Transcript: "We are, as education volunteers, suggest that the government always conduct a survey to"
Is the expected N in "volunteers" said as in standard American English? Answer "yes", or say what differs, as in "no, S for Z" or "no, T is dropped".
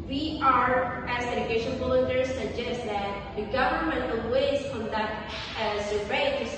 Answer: no, N is dropped